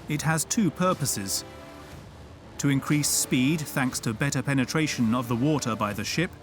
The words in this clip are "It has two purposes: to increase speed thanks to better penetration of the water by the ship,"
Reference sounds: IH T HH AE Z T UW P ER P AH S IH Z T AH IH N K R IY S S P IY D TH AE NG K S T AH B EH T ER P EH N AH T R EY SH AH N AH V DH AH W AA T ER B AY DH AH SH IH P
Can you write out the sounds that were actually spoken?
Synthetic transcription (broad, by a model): IH T HH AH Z T UW P ER P AH S IH Z T AH IH N K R IY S S P IY D TH AE NG K S T AH B EH T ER P EH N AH T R EY SH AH N AH V DH AH W AA T ER B AY DH AH SH IH P